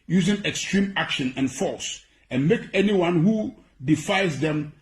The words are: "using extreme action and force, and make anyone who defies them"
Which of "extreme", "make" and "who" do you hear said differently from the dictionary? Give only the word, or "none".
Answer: none